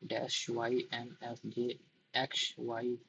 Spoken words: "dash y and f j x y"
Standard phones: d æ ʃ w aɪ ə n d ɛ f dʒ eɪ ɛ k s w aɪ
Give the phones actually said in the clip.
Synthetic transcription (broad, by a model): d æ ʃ w aɪ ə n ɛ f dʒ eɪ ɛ k ʃ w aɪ